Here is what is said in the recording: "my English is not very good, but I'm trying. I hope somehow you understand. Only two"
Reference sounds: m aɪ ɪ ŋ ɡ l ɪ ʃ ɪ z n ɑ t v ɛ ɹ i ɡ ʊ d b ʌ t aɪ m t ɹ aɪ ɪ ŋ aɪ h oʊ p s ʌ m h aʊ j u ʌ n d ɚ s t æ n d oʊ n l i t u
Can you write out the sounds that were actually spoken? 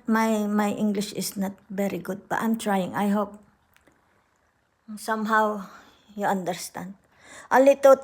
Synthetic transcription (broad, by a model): m aɪ ɪ ŋ ɡ l ɪ ʃ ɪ s n ɑ t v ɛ ɹ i ɡ ʊ d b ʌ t aɪ m t ɹ aɪ ɪ ŋ aɪ h oʊ p s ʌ m h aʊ j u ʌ n d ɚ s t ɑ n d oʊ l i t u